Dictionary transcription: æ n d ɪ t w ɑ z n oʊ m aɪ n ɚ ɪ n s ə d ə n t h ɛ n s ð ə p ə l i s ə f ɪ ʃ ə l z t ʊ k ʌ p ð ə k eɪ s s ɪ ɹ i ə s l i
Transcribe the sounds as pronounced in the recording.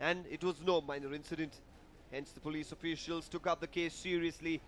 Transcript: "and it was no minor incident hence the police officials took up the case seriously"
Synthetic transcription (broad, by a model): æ n d ɪ t w ɑ z n oʊ m aɪ n ɚ ɪ n s ə d ə n t h ɛ n s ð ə p ə l i s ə f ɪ ʃ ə l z t ʊ k ʌ p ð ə k eɪ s s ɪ ɹ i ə s l i